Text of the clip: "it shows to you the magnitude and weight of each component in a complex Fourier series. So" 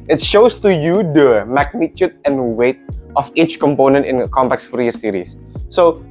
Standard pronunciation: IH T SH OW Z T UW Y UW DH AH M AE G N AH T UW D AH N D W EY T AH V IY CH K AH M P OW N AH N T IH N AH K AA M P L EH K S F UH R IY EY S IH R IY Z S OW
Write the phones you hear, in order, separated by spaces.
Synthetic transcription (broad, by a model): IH T SH OW S T UW Y UW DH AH M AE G N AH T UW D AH N W EY T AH F IY CH K AH M P OW N AH N T IH N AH K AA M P EH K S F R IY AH S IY R IY S OW